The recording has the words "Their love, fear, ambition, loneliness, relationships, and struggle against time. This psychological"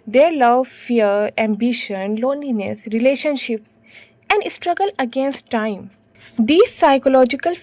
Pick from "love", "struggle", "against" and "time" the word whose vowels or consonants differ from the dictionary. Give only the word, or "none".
none